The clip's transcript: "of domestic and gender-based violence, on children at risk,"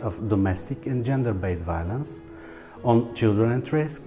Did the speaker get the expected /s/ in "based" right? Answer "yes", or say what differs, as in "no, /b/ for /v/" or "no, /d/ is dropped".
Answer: no, /s/ is dropped